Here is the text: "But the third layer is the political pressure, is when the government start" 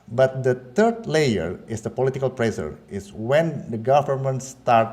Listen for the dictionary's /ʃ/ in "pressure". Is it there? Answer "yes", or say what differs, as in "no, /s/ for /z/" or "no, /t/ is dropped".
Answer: no, /s/ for /ʃ/